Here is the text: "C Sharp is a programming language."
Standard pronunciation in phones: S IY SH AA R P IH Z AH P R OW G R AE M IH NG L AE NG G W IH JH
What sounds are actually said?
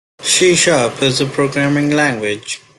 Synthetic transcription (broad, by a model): SH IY SH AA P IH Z AH P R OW G R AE M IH NG L AE NG G W IH JH